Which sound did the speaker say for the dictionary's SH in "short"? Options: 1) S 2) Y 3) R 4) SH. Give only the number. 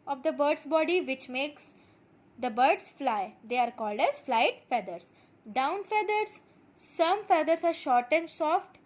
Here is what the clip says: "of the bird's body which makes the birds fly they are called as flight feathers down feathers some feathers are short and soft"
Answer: 4